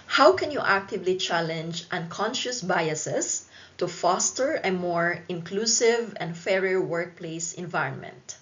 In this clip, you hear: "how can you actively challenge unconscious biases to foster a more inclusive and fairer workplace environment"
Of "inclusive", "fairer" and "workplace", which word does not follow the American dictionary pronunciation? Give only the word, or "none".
none